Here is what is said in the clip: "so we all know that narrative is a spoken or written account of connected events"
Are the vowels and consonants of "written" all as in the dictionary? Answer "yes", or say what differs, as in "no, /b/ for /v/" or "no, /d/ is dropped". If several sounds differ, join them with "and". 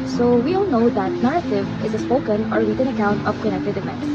no, /l/ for /ɹ/